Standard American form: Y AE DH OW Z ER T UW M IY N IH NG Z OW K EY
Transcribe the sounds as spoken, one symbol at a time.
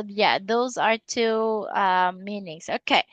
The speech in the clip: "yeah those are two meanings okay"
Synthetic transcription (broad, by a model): Y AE DH OW Z ER T UW M IY N IH NG Z OW K EY